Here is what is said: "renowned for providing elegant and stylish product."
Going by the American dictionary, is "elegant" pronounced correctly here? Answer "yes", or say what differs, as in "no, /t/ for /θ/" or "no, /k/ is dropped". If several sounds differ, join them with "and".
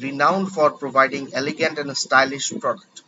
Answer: yes